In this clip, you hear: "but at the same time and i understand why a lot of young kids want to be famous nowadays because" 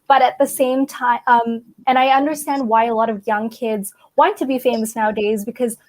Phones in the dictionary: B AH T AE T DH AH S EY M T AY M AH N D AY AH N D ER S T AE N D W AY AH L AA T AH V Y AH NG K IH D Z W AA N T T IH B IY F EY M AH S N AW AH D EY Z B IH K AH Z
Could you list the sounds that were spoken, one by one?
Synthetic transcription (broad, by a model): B AH T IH T DH AH S EY M T AY M AH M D AY AH N D ER S T AE N D W AY AH L AA T AH V Y AH NG K IH D Z W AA N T T IH B IY F EY M AH S N AW AH D EY Z B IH K AH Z